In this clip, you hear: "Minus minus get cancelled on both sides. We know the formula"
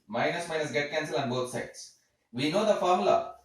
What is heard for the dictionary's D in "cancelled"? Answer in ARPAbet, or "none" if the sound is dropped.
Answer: none